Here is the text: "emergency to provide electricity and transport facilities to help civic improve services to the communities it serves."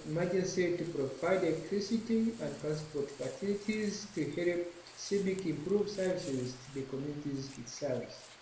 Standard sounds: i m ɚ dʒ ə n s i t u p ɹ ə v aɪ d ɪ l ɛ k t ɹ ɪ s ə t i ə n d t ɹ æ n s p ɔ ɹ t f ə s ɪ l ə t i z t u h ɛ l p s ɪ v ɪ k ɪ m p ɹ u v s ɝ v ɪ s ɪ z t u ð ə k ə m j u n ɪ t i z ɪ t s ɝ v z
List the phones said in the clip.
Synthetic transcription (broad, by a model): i m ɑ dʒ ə n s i t u p ɹ ə v aɪ d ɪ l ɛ k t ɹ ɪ s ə t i ə n d t ɹ æ n s p ɔ ɹ t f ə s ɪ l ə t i z t u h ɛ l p s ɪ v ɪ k ɪ m p ɹ u v s ɝ v ɪ s ɪ z t u ð ə k ə m j u n ɪ t i z ɪ t s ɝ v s